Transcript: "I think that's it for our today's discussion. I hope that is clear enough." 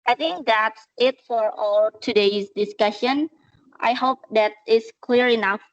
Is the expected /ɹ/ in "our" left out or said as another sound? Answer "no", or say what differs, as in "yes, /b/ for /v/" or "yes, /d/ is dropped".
yes, /l/ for /ɹ/